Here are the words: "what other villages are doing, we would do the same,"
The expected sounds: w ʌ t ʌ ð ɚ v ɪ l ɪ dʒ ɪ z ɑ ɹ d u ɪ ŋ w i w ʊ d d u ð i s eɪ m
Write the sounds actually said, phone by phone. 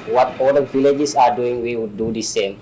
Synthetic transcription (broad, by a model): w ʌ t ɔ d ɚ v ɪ l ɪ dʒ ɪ s ɑ ɹ d u ɪ ŋ w i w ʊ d d u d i s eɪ m